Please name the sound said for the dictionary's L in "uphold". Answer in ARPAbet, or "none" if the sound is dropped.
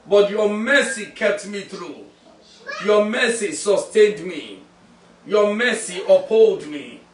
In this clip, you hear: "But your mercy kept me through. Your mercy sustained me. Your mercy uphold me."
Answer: L